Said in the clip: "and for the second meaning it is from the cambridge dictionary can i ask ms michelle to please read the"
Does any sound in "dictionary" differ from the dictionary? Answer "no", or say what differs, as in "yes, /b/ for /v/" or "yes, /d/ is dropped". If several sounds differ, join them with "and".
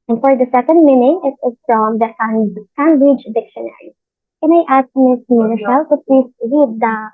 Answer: no